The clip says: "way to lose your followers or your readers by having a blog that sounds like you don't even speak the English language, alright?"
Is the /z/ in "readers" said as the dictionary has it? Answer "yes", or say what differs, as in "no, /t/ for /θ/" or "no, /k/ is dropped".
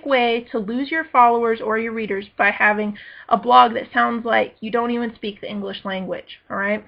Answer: yes